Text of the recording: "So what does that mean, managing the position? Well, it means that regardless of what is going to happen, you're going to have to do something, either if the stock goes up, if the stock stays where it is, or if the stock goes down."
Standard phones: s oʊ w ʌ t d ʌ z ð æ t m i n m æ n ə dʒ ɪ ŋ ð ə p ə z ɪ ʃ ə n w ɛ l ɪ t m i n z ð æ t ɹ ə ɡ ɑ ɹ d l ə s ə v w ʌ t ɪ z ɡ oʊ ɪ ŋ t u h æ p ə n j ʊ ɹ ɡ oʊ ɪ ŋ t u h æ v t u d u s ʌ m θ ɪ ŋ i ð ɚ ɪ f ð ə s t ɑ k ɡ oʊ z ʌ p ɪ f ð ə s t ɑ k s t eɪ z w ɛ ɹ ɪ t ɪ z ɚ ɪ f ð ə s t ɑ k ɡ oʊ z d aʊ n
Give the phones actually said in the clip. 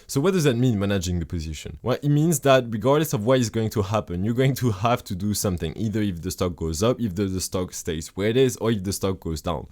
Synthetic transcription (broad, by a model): s oʊ w ʌ t d ʌ z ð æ t m i n m æ n ə dʒ ɪ ŋ ð ə p ə z ɪ ʃ ə n w ɛ l ɪ t m i n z ð æ t ɹ ə ɡ ɑ ɹ d l ə s ə v w ʌ t ɪ z ɡ oʊ ɪ ŋ t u h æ p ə n j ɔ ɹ ɡ oʊ ɪ ŋ t u h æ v t u d u s ʌ m θ ɪ ŋ i ð ɚ ɪ f ð ə s t ɑ k ɡ oʊ z ʌ p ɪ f ð ə s t ɑ k s t eɪ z w ɛ ɹ ɪ t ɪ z ɚ ɪ f ð ə s t ɑ k ɡ oʊ z d aʊ n